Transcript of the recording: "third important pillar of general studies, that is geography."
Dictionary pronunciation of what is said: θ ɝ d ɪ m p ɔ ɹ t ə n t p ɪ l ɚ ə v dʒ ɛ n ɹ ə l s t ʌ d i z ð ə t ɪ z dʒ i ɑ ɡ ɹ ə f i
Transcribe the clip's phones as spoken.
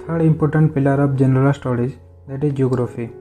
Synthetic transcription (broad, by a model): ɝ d ɪ m p ɔ ɹ t ə n t p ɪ l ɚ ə b dʒ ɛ n ɹ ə l s t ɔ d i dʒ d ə t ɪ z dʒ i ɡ ɹ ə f i